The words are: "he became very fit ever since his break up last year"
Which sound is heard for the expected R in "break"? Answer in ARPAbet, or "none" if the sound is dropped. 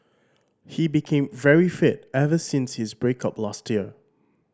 R